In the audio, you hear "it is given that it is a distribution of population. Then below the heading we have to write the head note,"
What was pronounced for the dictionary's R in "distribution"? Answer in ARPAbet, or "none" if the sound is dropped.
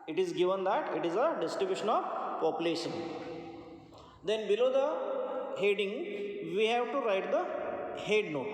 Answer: none